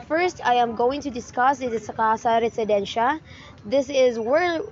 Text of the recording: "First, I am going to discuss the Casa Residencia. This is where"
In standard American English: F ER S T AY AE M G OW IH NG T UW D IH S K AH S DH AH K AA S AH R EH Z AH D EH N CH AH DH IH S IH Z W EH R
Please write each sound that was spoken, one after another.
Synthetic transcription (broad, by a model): F ER S T AY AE M G OW IH NG T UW D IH S K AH S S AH K AA S AH R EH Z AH D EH N SH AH DH IH S IH Z W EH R